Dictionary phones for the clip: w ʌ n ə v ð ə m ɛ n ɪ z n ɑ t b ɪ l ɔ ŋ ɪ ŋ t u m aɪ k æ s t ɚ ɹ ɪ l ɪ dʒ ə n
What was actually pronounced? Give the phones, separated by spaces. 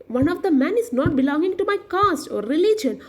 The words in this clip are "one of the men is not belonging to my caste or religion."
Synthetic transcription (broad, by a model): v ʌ n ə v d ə m ɛ n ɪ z n ɑ t b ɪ l ɔ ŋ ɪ ŋ t u m aɪ k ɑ s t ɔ ɹ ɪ l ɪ dʒ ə n